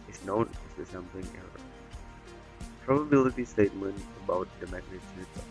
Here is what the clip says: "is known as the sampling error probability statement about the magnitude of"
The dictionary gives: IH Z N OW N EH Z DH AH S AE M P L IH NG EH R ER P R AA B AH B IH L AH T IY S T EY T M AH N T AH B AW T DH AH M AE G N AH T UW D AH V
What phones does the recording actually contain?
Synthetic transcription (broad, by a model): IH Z N OW N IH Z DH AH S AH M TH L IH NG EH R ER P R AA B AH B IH L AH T IY S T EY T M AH N AH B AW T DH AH M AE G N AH S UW AH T